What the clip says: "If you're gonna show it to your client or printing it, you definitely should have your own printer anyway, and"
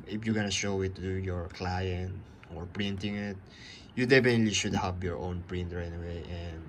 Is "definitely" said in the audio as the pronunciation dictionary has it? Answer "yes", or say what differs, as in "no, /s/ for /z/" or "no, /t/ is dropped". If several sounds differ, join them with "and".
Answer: no, /p/ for /f/